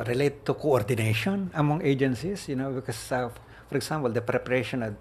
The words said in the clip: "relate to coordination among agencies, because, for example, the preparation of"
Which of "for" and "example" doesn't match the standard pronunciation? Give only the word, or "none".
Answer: example